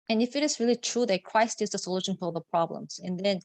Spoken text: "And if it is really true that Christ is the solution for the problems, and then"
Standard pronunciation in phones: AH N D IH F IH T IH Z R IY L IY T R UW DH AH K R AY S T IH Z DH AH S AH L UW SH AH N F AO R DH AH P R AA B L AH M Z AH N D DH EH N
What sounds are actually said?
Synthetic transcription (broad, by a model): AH N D IH F IH T IH Z R IY L IY T R UW DH AH K R AY S T IH Z DH AH S AH L UW SH AH N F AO L DH AH P R AA B L AH M Z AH N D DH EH N